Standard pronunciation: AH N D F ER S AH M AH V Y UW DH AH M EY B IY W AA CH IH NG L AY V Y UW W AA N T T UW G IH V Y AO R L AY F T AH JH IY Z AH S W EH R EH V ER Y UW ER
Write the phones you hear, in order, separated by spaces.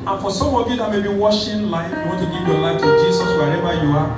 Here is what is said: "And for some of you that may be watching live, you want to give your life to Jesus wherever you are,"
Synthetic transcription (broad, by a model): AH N F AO S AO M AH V Y UW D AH M EY B IY W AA SH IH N L AY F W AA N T T UW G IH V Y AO L AY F T AH JH IY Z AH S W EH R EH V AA Y UW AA